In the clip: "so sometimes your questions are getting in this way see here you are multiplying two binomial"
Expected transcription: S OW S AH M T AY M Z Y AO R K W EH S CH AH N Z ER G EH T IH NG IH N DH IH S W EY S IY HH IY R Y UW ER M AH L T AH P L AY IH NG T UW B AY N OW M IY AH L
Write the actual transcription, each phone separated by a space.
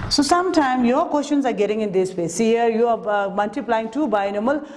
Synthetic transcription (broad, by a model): S OW S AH M T AY M Y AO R K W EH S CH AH N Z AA G EH T IH NG IH N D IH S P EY S IY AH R Y UW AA M AH L T AH P L AY IH NG T UW B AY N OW M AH L